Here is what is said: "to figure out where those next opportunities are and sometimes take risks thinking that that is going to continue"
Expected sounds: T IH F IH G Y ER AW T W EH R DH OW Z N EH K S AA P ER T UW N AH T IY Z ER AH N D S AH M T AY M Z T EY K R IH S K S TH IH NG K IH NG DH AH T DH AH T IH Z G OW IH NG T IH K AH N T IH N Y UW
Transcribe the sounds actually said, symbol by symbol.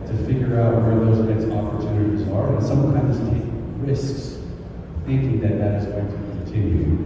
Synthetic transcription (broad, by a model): T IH F IH G Y ER AW T W EH R DH OW Z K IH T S AA P ER T UW N AH T IY Z ER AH N S AH M T AY M Z T EY K R IH S K S TH IH NG K IH NG DH AH T DH AH T IH Z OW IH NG T IH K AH N T IH N Y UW